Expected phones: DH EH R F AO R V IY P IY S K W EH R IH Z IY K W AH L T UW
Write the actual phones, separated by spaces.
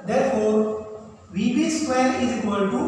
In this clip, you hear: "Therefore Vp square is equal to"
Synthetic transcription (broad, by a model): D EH R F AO R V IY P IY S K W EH L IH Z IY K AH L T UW